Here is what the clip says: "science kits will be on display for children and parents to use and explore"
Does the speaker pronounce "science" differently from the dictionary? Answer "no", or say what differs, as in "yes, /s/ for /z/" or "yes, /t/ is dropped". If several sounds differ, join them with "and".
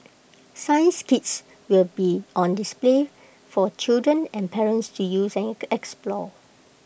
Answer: no